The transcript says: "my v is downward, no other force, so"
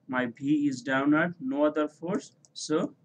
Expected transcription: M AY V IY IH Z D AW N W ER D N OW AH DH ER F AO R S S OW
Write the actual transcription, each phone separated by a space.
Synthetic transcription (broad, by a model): M AY B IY IH Z D AW N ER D N OW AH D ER F AO R S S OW